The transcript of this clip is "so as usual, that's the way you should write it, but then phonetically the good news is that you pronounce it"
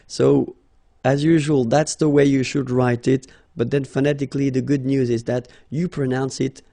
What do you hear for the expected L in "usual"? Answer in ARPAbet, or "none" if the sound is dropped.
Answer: L